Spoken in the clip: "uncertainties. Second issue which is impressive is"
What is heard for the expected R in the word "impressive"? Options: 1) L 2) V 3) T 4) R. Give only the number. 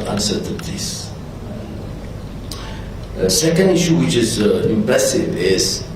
1